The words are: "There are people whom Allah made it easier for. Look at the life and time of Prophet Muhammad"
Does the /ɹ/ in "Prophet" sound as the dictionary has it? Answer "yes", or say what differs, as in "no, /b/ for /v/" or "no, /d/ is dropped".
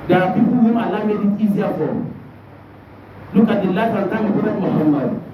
no, /ɹ/ is dropped